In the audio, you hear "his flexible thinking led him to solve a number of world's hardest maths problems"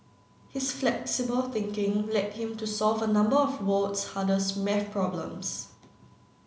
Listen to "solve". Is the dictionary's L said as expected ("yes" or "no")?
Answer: yes